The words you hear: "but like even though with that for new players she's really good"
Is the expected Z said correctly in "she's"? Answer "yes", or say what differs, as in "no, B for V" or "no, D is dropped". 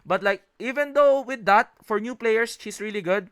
no, S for Z